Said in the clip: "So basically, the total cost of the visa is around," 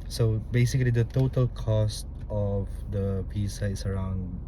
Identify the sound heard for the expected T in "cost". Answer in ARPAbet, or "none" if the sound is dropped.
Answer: T